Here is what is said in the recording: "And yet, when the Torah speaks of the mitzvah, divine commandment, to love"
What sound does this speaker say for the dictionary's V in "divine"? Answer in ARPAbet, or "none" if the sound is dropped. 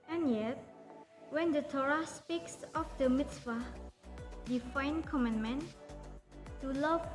F